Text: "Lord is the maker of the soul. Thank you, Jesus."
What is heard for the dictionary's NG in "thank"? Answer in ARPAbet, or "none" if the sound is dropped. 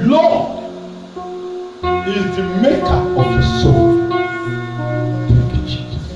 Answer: none